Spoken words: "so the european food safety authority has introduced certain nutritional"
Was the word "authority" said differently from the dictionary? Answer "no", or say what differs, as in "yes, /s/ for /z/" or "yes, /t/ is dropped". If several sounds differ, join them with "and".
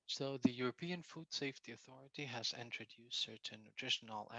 no